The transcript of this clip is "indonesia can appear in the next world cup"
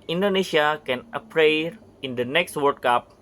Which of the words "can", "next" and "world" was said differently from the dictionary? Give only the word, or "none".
world